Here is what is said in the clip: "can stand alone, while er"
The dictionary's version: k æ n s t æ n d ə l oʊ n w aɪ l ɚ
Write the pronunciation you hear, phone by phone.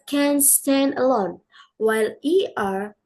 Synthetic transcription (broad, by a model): k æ n s t æ n d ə l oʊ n w aɪ l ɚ